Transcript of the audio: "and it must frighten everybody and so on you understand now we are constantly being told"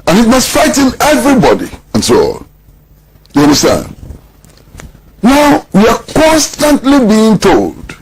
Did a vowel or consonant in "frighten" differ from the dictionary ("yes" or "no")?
yes